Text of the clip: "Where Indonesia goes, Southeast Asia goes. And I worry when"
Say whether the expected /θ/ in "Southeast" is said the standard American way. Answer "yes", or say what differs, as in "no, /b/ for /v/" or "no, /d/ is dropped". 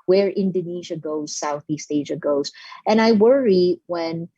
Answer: yes